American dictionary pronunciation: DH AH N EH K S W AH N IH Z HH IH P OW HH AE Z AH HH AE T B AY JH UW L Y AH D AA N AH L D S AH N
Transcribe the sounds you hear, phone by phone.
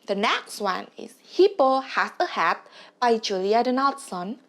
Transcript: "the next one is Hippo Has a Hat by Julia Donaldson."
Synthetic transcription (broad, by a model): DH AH N EH K S W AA N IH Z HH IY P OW HH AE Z AH HH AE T B AY JH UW L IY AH D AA N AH L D S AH N